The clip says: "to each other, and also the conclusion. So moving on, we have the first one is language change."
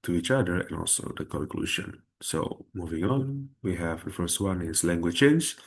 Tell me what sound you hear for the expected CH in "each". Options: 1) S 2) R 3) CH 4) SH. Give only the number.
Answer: 3